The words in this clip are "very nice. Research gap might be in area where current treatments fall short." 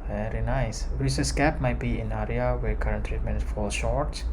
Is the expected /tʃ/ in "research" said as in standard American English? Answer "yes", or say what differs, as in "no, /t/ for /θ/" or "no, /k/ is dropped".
no, /s/ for /tʃ/